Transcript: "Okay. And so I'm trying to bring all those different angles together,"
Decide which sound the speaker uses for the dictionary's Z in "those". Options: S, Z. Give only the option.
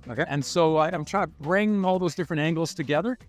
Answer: Z